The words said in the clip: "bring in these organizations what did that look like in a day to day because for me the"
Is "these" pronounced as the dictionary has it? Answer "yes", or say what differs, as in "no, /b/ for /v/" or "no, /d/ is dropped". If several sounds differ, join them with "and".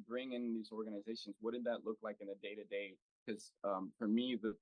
yes